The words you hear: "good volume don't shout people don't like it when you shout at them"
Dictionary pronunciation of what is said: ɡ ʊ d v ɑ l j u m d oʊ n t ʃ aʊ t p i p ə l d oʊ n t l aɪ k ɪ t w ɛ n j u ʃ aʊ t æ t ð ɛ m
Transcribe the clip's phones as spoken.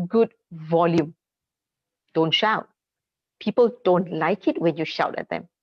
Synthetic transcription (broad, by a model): ɡ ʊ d v ɑ l j u m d oʊ n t ʃ aʊ t p i p ə l d oʊ n t l aɪ k ɪ t w ɛ n j u ʃ aʊ t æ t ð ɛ m